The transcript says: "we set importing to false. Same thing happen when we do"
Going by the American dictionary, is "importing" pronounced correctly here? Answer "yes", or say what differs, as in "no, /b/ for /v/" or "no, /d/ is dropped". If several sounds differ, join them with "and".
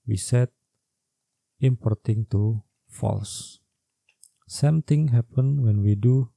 yes